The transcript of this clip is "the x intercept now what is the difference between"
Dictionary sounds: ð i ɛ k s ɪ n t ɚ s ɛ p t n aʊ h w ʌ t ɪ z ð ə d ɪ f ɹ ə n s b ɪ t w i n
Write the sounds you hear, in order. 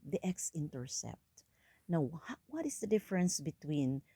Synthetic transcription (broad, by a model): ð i ɛ k s ɪ n t ɚ s ɛ p t n aʊ h w ʌ t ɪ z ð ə d ɪ f ɹ ə n s b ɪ t w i n